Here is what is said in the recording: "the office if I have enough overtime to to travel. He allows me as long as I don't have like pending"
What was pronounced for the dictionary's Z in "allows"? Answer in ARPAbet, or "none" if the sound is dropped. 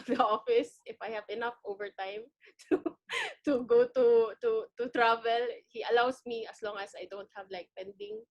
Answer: S